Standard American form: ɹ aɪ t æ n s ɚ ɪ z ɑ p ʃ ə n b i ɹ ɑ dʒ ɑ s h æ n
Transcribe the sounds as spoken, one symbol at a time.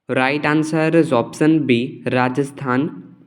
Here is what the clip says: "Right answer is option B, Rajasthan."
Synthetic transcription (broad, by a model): ɹ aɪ t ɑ n s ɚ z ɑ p s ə n b i ɹ ɑ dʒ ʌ s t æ n